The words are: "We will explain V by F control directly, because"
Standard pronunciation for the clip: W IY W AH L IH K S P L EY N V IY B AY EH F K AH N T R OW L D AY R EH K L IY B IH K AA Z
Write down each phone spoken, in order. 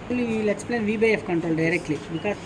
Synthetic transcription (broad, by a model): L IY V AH L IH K S P L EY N V IY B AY EH F K AH N T R OW L D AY R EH K L IY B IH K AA